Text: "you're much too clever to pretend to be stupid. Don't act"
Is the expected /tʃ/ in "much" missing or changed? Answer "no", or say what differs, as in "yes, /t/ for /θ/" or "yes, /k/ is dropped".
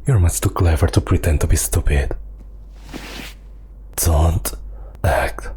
yes, /s/ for /tʃ/